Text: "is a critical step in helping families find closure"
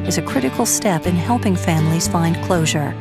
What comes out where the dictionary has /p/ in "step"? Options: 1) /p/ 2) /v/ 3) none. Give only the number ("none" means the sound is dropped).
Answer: 1